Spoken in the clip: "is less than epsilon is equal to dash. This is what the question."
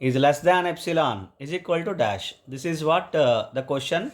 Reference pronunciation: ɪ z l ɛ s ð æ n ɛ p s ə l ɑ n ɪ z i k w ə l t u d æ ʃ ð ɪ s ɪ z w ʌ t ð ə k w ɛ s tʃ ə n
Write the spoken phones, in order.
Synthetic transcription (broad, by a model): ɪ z l ɛ s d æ n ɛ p s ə l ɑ n ɪ z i k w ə l t u d æ ʃ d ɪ s ɪ z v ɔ t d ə k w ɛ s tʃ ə n